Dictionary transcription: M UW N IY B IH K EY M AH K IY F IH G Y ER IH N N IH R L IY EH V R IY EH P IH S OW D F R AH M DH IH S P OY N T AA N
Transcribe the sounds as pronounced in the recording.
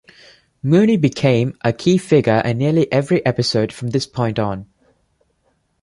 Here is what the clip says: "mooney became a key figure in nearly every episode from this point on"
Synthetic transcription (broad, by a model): M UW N IY B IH K EY M AH K IY F IH G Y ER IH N N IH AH L IY EH V R IY EH P IH S OW D F R AH M DH IH S P OY N T N